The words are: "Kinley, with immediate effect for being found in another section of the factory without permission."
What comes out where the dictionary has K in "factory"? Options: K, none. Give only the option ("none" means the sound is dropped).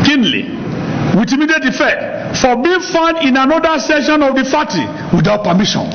none